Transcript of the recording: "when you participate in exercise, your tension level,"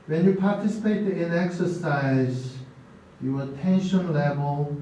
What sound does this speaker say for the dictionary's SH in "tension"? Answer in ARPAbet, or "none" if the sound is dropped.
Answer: SH